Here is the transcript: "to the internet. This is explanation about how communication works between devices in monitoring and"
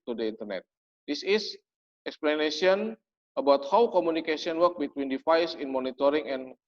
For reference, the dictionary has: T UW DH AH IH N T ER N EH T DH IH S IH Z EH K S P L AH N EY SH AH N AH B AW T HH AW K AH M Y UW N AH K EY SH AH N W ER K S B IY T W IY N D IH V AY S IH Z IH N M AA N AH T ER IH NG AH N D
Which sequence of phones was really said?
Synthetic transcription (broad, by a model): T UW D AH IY N T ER N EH T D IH S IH S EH K S P L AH N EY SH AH N AH B AW T HH AW K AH M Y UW N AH K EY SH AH N W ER K B IY T W IY N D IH F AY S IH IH N M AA N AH T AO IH NG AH N